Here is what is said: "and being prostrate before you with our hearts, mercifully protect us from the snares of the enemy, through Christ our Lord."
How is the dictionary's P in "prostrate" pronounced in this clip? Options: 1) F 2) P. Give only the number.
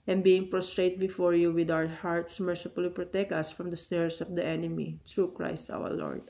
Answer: 2